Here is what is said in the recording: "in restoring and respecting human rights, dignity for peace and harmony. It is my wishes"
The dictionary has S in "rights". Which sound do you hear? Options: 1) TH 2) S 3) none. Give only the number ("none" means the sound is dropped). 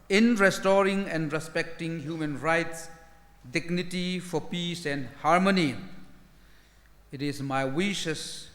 2